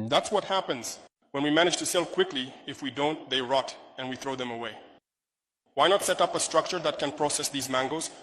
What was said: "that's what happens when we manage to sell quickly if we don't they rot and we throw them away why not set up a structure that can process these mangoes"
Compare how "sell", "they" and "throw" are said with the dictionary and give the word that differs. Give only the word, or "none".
none